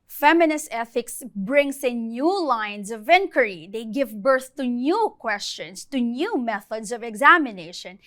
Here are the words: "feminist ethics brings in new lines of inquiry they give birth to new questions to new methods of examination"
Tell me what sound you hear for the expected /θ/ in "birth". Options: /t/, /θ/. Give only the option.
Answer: /θ/